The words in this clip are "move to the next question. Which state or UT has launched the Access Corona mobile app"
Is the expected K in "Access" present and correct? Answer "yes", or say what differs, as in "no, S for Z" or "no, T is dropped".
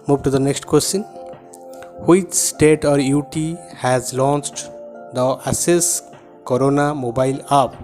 no, K is dropped